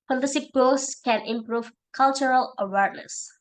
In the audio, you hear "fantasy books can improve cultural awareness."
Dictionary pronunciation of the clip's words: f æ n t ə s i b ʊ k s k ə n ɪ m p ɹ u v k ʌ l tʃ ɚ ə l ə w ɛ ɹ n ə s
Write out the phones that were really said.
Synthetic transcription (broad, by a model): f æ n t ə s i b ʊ s k ə n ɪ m p ɹ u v k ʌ l tʃ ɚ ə l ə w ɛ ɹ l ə s